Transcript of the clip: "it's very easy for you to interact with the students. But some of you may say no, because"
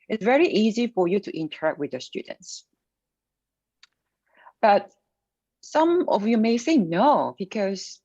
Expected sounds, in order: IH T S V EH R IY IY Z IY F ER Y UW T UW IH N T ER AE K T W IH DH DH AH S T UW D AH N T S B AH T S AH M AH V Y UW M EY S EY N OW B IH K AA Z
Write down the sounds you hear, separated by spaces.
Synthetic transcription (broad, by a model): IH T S V EH R IY IY Z IY F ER Y UW T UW IH N T ER AE K T W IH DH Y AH S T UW D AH N T S B AH T S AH M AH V Y UW M EY TH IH N OW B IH K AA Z